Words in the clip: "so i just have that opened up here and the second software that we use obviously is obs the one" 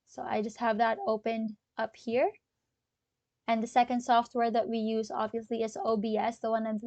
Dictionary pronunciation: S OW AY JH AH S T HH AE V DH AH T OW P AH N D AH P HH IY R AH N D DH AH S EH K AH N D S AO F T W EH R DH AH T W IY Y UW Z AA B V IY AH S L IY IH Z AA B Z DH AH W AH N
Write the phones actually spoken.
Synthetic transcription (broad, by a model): S OW AY JH AH S T HH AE V DH AH T OW P AH N D AH P HH IY R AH N DH AH S EH K AH N D S AO F T W EH R DH AH T W IY Y UW Z AA B V IY AH S L IY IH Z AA B S DH AH W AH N